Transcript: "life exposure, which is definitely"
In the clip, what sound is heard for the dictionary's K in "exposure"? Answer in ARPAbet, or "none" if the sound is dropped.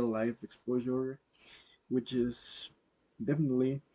K